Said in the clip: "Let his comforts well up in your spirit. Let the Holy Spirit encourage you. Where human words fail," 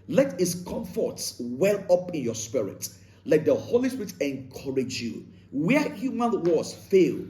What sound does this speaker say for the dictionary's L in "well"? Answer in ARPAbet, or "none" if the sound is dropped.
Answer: L